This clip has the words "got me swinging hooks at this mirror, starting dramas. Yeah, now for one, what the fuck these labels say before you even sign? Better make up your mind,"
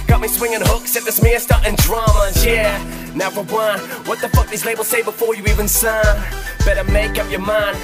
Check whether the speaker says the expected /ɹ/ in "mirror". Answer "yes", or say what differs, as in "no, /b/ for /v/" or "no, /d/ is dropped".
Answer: no, /ɹ/ is dropped